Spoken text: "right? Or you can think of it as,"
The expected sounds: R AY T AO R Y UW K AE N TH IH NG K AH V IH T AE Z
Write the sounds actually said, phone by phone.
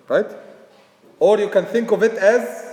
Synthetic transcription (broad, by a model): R AY T AO R Y UW K AE N TH IH NG K AH V IH T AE Z